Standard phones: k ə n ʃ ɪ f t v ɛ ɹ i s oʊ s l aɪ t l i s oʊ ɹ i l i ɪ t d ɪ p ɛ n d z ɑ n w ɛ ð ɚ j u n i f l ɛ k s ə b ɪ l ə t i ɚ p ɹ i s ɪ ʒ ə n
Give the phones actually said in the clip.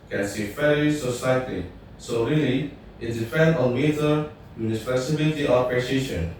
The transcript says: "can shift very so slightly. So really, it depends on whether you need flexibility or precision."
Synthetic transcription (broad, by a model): k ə n s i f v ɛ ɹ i s oʊ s aɪ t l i s oʊ ɹ i l i ɪ t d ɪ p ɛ n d ɑ n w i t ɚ j u n i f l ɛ s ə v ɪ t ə t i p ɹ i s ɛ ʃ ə n